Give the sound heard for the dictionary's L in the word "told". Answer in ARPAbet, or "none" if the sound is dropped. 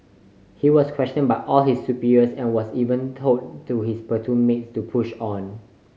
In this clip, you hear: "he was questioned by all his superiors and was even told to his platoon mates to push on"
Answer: none